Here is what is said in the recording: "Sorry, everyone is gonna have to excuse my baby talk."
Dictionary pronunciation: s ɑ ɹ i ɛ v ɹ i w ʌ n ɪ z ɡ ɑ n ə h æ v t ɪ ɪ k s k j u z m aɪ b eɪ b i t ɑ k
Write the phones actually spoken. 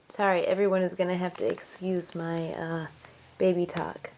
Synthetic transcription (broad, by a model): s ɑ ɹ i ɛ v ɹ i w ʌ n ɪ z ɡ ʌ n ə h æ f t ɪ ɪ k s k j u z m aɪ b eɪ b i t ɑ k